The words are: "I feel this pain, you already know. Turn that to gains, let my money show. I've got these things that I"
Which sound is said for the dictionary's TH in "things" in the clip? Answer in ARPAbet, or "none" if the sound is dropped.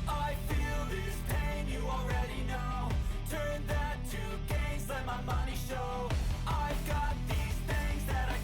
TH